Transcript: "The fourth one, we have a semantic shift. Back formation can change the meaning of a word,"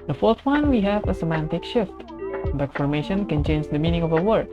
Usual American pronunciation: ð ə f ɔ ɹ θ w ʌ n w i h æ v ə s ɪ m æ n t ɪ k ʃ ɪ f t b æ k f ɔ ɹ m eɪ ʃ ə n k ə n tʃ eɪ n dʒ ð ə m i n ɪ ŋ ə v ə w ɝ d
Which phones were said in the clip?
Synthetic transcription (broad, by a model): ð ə f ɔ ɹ t w ʌ n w i h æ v ə s ɪ m æ n t ɪ k ʃ ɪ f t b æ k f ɔ ɹ m eɪ ʃ ə n k ə n tʃ eɪ n dʒ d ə m i n ɪ ŋ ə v ə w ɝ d